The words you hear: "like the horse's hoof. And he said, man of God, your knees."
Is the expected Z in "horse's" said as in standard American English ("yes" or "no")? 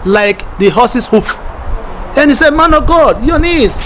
no